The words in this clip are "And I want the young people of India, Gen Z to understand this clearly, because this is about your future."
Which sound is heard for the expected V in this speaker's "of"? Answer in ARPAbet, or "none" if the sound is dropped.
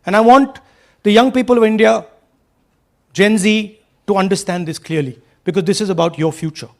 V